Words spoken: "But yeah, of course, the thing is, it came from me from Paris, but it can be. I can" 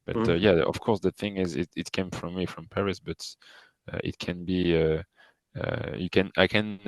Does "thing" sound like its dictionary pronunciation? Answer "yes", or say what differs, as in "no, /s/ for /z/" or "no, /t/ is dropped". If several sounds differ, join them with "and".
yes